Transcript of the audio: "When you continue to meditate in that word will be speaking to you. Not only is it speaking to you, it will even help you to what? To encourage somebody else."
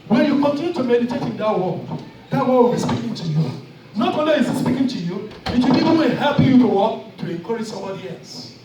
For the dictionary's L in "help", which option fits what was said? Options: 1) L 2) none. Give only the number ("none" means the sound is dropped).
2